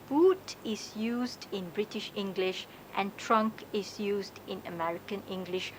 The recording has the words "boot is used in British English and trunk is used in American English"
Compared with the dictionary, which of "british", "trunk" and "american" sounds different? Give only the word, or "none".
none